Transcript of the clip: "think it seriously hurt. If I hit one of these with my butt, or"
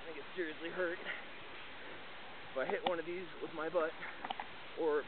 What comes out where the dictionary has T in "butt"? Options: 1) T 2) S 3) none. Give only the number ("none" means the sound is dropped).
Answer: 1